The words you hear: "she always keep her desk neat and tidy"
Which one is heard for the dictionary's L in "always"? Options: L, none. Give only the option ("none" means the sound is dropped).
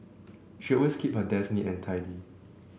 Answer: none